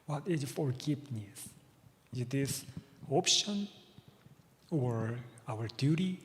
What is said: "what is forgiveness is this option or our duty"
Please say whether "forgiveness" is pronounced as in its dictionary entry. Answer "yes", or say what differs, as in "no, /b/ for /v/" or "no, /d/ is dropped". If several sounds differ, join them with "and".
no, /p/ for /v/